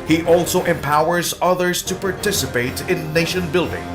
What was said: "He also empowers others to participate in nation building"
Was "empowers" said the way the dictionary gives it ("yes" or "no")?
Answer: yes